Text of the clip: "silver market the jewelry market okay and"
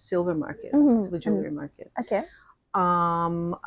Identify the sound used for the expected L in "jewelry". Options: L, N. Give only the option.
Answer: N